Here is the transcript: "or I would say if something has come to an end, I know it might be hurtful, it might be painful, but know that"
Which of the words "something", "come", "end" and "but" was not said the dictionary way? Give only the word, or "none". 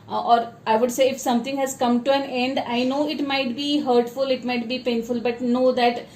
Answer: something